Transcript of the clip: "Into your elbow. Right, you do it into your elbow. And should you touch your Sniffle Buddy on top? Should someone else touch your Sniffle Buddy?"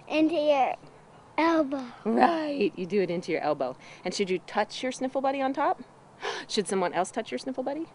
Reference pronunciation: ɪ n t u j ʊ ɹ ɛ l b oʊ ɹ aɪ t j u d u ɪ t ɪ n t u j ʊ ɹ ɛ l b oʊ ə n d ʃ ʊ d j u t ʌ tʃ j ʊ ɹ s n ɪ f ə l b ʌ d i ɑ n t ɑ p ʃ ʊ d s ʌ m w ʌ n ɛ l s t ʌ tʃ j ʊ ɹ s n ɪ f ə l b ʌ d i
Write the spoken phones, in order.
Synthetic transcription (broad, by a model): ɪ n t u j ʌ ɹ ɛ l b oʊ ɹ aɪ t j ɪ d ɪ ɪ t ɪ n t u j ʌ ɹ ɛ l b oʊ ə n ʃ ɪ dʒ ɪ t ʌ tʃ j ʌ ɹ s n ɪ f l b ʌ d i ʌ n t ɑ p ʃ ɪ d s ʌ m w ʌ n ɛ l s t ʌ tʃ j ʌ ɹ s n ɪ f l b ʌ d i